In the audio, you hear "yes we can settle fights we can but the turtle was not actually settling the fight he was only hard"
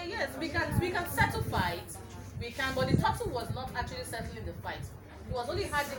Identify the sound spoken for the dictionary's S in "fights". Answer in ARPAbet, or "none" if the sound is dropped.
none